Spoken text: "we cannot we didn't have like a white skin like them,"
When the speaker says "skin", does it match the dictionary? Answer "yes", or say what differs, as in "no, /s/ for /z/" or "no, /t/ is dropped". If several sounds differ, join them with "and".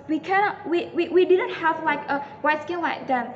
no, /l/ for /n/